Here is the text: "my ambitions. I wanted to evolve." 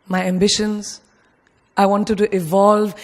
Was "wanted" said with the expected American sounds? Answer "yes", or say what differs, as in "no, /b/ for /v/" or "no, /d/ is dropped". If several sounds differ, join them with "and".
yes